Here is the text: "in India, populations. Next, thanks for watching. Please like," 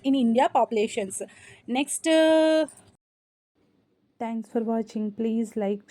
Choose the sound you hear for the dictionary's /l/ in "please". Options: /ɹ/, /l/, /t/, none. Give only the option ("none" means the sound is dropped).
/l/